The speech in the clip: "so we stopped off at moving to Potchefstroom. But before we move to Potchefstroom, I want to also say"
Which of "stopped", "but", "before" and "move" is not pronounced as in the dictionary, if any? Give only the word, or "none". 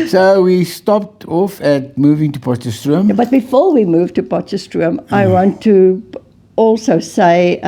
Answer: none